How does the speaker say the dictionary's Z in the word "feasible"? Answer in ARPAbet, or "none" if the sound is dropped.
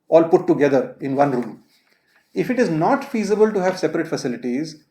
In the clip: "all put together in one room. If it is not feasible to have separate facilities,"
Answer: Z